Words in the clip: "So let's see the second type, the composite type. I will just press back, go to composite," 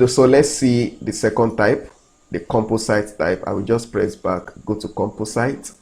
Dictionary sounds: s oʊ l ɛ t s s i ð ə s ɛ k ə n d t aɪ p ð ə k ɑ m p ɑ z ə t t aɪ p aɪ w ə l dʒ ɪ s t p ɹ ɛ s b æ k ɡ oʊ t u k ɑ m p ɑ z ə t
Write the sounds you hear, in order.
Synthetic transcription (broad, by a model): s oʊ l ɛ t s s i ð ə s ɛ k ə n d t aɪ p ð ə k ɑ m p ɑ s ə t t aɪ p aɪ w ə l dʒ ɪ s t p ɹ ɛ s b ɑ k ɡ oʊ t u k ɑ m p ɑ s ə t